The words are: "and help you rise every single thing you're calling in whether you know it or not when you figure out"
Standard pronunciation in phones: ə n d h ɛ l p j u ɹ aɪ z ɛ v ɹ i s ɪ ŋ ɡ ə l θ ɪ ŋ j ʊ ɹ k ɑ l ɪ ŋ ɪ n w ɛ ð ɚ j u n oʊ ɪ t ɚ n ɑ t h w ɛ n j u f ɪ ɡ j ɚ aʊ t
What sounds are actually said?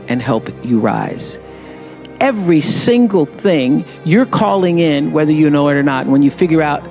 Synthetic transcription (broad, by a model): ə n h ɛ l p j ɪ ɹ aɪ z ɛ v ɹ i s ɪ ŋ ɡ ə l θ ɪ ŋ j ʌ ɹ k ɑ l ɪ ŋ ɪ n w ɛ ð ɚ j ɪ n oʊ ɪ t ɚ n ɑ t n w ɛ n j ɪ f ɪ ɡ j ɚ aʊ t